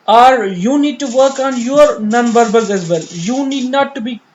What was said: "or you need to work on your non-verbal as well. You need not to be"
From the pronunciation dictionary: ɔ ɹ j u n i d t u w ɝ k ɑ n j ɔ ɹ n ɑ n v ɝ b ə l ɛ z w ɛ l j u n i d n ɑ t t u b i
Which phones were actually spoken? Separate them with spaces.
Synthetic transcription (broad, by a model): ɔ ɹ j u n i d t u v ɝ k ɑ n j ɔ ɹ n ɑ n b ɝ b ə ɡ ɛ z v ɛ l j u n i d n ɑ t t u b i